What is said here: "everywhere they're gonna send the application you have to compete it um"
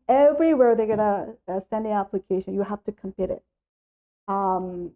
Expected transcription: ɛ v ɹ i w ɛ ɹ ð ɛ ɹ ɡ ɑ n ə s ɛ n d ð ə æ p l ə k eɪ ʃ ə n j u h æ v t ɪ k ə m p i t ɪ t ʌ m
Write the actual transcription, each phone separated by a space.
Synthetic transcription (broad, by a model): ɛ v ɹ i w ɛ ɹ ð ɛ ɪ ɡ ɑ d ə s ɛ n d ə æ p l ə k eɪ ʃ ə n j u h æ f t ɪ k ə m p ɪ t ɪ t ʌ m